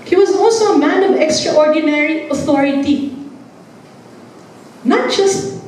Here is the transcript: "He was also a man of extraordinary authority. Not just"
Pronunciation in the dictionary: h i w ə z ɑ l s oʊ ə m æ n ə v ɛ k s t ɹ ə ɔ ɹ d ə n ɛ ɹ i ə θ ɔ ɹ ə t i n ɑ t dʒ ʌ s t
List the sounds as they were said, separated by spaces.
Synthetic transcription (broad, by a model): h i w ə z ɑ l s oʊ ə m æ n ə v ɛ k s t ɹ ə ɔ ɹ d ə n ɛ ɹ i ə θ ɔ ɹ ə t i n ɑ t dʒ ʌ s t